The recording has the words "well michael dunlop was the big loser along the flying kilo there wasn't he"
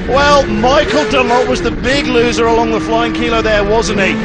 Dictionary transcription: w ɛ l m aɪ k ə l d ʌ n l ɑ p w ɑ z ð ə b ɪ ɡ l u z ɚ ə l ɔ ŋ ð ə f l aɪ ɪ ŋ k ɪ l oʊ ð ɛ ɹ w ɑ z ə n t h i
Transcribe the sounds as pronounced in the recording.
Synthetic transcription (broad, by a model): w ɛ l m aɪ k ə l d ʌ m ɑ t w ɑ z ð ə b ɪ ɡ l u z ɚ ə l ɔ ŋ ð ə f l aɪ ɪ ŋ k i l oʊ ð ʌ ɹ w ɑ z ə n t i